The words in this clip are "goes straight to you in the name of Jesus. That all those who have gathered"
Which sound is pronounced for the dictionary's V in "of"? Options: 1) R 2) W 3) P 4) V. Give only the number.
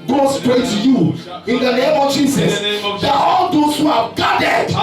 4